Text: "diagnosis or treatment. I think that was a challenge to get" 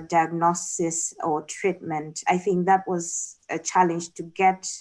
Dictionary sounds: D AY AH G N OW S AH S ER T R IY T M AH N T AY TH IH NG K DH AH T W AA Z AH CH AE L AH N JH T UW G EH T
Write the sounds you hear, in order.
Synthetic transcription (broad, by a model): D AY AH G N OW S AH S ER T R IY T M AH N T AY TH IH NG K DH AH T W AA Z AH CH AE L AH N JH T UW G EH T